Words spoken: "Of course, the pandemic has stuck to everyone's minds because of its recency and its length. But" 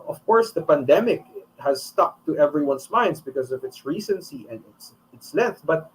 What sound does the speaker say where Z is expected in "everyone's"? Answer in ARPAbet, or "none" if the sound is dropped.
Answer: S